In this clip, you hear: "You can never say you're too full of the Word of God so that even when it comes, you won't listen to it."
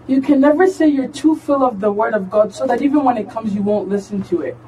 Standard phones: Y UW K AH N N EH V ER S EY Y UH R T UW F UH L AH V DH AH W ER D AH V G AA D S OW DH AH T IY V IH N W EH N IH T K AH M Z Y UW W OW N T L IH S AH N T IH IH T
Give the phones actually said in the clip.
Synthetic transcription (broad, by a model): Y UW K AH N N EH V ER S EY Y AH R T UW F UH L AH V DH AH W ER D AH V G AA D S OW DH AH T IY V IH N W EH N IH T K AH M Z Y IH W OW N T L IH S AH N T IH IH T